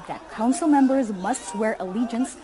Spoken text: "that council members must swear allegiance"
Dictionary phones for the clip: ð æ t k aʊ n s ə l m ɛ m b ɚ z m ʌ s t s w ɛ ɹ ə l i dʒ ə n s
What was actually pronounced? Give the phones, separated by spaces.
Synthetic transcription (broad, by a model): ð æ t k aʊ n s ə l m ɛ m b ɚ z m ʌ s t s w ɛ ɹ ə l i dʒ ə n s